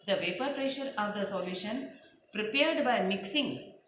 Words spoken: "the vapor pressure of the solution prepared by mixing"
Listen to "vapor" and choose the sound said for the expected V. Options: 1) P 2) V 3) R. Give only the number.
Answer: 2